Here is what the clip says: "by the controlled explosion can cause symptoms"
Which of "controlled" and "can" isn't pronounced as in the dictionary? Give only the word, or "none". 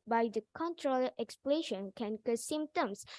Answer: controlled